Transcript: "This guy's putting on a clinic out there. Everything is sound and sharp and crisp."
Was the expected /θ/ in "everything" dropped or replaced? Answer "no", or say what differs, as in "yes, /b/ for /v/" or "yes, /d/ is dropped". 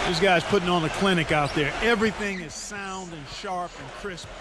no